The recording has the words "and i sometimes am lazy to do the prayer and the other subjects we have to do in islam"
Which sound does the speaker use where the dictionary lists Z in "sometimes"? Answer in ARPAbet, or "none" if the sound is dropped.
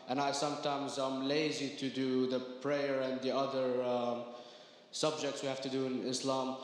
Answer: Z